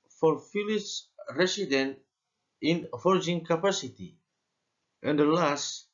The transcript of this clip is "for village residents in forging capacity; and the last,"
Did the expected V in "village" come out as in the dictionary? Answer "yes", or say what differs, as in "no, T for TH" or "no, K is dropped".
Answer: no, F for V